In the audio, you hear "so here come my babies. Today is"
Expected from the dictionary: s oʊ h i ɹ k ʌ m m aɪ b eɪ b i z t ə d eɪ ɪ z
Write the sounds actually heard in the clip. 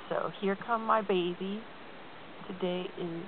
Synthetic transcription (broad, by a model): s oʊ h i ɹ k ʌ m m aɪ b eɪ b i t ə d eɪ ɪ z